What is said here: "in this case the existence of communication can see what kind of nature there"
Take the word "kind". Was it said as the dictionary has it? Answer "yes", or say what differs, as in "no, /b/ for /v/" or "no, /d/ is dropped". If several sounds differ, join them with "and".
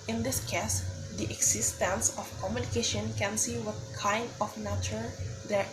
yes